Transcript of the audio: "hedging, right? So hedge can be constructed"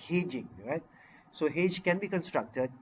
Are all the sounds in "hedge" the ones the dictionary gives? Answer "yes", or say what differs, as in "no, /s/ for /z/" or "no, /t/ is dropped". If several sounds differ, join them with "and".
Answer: yes